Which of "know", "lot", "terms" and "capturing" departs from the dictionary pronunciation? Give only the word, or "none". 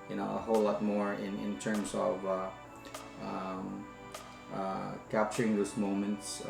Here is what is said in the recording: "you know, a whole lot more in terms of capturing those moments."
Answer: terms